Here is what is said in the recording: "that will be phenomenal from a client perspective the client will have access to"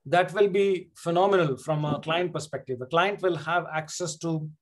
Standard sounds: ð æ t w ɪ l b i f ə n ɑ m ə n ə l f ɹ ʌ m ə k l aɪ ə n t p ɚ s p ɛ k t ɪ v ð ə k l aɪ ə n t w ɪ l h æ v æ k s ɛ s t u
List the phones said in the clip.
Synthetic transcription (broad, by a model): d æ t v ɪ l b i f ə n ɑ m ə n ə l f ɹ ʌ m ə k l aɪ ə n t p ɚ s p ɛ k t ɪ v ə k l aɪ ə n t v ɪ l h æ v æ k s ɛ s t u